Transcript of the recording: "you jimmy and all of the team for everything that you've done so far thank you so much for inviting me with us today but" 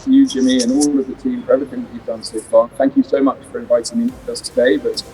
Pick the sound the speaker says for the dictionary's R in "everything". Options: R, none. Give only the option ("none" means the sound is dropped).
none